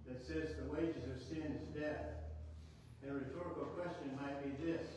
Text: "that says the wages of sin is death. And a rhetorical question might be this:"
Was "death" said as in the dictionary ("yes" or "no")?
yes